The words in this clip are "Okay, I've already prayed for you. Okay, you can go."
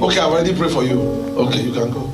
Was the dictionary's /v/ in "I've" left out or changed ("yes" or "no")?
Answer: yes